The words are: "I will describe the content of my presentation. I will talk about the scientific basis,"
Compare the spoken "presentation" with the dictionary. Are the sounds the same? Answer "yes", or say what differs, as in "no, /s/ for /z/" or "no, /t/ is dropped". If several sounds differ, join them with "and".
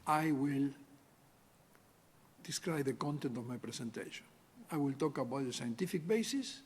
no, /s/ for /z/